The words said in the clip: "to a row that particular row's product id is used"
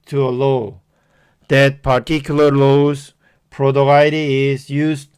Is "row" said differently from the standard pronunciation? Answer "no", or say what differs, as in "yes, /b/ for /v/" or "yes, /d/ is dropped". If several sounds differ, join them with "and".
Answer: yes, /l/ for /ɹ/